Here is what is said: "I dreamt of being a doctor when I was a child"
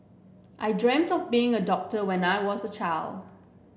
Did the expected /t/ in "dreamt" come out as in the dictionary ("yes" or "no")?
yes